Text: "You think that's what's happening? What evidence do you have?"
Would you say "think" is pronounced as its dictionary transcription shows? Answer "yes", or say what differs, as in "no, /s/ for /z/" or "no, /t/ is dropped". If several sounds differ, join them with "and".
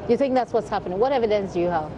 yes